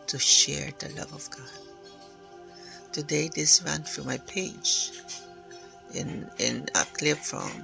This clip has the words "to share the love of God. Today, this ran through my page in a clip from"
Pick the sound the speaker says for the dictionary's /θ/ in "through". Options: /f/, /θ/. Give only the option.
/f/